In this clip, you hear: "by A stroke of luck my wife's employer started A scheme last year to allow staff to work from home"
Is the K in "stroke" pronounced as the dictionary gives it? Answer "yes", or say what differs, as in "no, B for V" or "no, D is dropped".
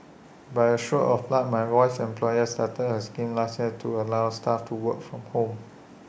no, K is dropped